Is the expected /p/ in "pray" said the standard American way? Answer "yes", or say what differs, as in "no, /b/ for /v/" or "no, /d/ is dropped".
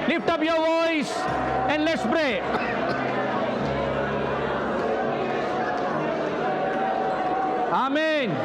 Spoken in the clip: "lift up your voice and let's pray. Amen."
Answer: no, /b/ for /p/